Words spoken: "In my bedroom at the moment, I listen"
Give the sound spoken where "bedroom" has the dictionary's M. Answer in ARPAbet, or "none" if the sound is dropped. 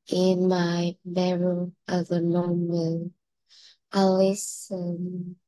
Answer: none